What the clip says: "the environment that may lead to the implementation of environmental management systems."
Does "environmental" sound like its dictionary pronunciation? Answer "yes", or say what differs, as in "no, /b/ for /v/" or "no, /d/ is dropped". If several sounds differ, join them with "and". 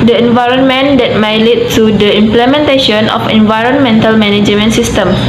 yes